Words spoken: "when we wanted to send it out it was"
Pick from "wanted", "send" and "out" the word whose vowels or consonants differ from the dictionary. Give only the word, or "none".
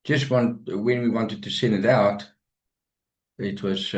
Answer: send